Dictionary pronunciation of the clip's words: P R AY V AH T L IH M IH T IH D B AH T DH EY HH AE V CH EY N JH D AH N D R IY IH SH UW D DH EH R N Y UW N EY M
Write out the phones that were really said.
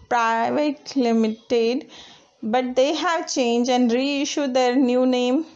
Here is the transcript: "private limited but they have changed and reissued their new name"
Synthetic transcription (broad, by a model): P R AY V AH T L IH M IH T IH D B AH T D EY HH AE V CH EY N JH AH N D R IY IH SH UW D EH R N Y UW N EY M